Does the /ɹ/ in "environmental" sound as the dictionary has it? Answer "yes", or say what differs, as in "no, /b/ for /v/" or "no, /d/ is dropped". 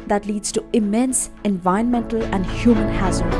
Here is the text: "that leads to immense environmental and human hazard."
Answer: no, /ɹ/ is dropped